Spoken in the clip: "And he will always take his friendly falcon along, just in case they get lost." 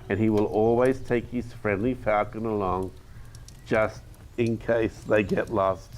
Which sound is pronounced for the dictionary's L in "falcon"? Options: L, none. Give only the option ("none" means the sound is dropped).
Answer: none